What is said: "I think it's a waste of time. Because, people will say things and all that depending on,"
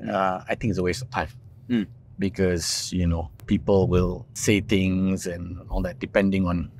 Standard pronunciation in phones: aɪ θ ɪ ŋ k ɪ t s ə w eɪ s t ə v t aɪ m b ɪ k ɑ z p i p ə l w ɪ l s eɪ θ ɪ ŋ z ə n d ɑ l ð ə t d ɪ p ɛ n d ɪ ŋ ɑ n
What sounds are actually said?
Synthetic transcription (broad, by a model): aɪ t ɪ ŋ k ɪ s ə w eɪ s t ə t aɪ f b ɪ k ɑ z p i p ə l w ɪ l s eɪ t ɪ ŋ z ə n ɑ l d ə t d ɪ p ɛ n d ɪ ŋ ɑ n